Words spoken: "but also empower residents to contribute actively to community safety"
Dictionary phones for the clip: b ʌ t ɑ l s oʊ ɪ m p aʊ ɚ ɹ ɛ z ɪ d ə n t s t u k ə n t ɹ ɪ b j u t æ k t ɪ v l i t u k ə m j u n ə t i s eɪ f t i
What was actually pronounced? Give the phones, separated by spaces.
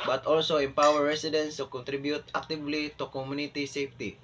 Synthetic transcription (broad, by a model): b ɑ t ɑ l s oʊ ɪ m p aʊ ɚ ɹ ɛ s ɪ d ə n s t u k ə n t ɹ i b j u t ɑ k t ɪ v l i t u k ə m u n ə t i s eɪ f t i